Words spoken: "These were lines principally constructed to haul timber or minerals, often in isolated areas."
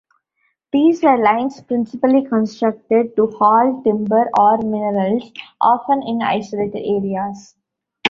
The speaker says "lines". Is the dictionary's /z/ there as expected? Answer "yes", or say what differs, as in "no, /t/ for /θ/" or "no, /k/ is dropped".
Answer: no, /s/ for /z/